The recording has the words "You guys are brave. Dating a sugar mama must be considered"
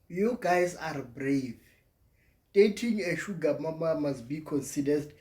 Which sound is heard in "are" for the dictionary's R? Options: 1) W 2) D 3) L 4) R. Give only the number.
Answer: 4